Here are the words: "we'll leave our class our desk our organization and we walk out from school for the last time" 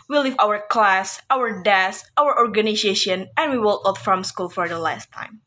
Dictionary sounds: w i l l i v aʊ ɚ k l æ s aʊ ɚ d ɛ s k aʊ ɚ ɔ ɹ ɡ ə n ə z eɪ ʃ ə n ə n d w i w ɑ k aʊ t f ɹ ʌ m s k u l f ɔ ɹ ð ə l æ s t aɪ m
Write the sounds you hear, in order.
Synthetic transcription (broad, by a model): w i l l i v aʊ ɚ k l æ s aʊ ɚ d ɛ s aʊ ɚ ɔ ɹ ɡ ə n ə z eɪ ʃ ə n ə n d w i w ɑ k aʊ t f ɹ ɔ m s k u l f ɔ ɹ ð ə l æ s t aɪ m